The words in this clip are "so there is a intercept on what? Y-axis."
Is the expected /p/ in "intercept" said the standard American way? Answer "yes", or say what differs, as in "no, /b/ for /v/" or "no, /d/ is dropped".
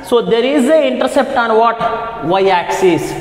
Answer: yes